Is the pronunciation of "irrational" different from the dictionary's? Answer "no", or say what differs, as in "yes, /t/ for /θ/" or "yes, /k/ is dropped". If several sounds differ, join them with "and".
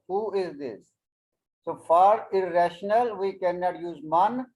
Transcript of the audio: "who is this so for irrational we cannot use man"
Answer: no